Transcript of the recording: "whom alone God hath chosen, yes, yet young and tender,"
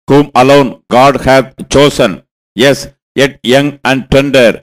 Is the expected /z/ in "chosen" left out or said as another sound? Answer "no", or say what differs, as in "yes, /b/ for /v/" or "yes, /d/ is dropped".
yes, /s/ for /z/